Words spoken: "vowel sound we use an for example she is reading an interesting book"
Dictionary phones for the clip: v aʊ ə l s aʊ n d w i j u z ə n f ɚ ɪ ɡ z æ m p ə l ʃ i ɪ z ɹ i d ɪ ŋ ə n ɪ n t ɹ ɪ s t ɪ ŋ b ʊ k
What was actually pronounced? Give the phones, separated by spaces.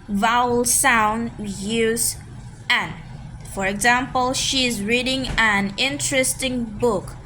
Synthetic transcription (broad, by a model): v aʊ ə l s aʊ n d j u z ə n f ɚ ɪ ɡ z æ m p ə l ʃ i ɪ z ɹ i d ɪ ŋ ə n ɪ n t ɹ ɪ s t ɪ ŋ b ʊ k